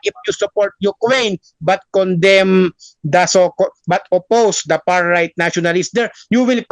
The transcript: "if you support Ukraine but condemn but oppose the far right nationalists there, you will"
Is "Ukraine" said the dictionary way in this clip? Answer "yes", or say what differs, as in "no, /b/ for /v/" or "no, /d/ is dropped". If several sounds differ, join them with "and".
no, /w/ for /ɹ/